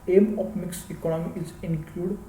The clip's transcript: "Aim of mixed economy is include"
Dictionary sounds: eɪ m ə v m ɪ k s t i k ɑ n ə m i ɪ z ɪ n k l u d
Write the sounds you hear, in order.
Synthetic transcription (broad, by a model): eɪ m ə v m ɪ k s i k ɑ n ə m i ɪ z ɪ n k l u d